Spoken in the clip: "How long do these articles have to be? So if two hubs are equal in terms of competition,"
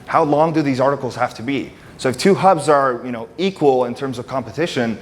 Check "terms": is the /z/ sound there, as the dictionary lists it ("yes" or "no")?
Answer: yes